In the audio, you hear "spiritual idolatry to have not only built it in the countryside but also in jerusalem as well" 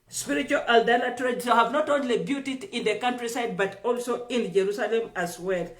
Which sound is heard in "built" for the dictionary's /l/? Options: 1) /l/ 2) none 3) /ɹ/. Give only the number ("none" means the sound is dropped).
2